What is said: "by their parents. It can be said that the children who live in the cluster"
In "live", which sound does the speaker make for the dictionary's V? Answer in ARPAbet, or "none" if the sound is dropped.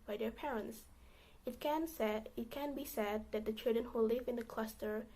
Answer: V